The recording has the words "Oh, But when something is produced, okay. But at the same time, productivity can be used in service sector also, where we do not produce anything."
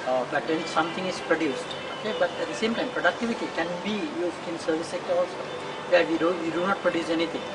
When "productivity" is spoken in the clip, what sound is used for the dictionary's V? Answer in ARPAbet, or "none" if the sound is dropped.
V